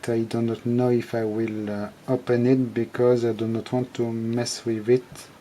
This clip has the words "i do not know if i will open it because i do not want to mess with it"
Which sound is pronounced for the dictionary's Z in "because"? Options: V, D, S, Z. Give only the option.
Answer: Z